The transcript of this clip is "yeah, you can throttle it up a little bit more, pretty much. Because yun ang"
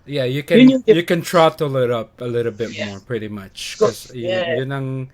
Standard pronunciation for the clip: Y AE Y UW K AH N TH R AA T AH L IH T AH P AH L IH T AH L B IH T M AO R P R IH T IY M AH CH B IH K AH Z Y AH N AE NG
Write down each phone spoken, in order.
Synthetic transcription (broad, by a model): Y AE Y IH K AH N T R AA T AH L IH T AH P AH L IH T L B IH T M AO R P R IH T IY M AH CH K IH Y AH Y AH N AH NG